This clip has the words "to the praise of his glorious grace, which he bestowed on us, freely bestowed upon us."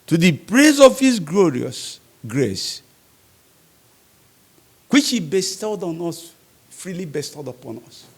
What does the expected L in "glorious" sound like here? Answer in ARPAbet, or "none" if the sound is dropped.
L